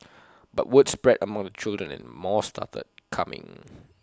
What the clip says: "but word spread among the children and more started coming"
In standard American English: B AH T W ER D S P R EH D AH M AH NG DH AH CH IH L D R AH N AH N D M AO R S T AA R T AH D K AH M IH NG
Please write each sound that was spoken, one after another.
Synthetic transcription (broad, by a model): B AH T W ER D S P R EH D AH M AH NG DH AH CH IH L D R AH N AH N M AO S T AA T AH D K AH M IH NG